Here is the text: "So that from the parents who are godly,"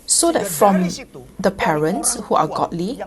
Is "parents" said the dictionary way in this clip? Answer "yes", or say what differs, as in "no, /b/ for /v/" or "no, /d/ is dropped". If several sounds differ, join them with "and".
yes